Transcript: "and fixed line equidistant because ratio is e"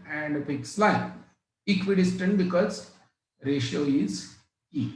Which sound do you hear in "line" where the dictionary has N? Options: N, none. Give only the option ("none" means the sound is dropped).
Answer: none